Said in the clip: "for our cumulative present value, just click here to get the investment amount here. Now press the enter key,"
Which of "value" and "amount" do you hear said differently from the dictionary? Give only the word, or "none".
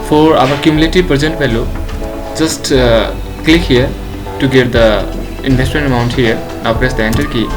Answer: value